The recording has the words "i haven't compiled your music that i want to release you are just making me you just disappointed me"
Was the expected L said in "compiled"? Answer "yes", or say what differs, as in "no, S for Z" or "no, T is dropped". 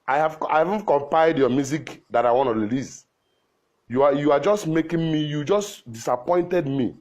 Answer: no, L is dropped